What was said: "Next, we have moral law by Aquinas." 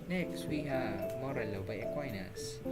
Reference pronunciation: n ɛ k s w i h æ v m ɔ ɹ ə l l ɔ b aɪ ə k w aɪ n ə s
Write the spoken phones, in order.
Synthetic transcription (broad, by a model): n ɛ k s w i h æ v m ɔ ɹ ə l l ɔ b aɪ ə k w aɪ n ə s